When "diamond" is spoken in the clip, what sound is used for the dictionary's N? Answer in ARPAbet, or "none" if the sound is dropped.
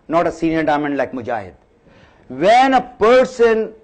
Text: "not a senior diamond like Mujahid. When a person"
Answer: N